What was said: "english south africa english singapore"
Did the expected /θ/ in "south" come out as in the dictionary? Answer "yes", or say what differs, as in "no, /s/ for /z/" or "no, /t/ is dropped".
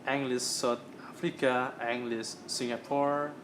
no, /t/ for /θ/